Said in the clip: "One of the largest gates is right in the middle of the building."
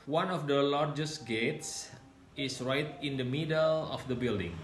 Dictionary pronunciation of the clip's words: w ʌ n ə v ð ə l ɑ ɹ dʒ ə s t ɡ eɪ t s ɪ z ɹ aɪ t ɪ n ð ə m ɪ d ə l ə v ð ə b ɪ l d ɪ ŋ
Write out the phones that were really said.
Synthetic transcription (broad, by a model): w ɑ n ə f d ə l ɑ ɹ dʒ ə s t ɡ eɪ t s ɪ s ɹ aɪ t ɪ n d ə m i d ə l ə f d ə b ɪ l d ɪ ŋ